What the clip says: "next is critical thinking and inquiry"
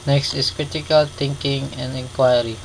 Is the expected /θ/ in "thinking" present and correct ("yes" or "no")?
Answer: no